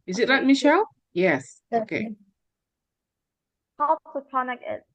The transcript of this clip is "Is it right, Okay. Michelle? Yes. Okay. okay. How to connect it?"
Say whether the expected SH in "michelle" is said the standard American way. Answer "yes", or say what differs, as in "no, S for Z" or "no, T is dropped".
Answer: yes